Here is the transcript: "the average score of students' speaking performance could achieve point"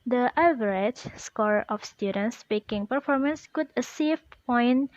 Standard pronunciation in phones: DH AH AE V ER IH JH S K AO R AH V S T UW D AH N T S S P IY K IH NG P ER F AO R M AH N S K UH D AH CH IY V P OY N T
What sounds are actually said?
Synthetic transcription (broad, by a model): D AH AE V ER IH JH S K AO R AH F S T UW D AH N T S S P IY K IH NG P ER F AO R M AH N S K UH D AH S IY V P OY N